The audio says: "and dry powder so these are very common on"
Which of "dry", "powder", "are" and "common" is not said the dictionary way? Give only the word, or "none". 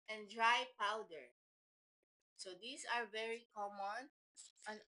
none